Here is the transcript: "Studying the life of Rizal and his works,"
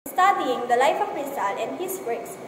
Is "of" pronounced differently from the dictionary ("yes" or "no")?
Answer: yes